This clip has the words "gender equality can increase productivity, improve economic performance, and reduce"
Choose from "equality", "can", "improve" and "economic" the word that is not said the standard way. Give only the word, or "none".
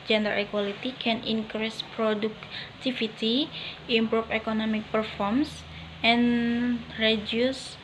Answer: improve